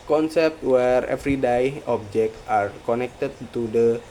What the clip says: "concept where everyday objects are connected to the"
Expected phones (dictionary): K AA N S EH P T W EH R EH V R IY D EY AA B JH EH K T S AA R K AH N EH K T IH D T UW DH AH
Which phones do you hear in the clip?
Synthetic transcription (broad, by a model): K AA N S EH P T W EH R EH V R IY D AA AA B JH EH K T AA R K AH N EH K T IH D T UW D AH